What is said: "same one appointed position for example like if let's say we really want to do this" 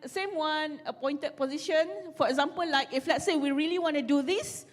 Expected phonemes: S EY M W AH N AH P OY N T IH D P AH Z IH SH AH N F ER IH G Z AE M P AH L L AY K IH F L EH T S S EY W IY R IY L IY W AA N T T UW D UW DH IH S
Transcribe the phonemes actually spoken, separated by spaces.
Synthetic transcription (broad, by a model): S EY M W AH N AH P OY N T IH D P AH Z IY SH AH N F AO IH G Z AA M P AH L L AY K IH F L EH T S S EY W IY R IY L IY W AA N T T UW D UW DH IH S